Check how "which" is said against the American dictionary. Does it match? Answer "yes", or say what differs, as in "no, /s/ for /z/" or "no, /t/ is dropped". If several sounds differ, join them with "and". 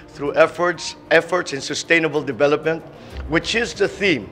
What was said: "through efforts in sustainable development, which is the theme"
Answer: yes